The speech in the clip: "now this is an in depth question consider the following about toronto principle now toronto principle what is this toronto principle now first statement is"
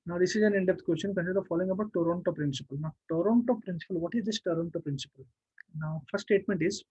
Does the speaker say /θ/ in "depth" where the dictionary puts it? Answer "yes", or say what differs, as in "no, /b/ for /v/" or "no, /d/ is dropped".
no, /t/ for /θ/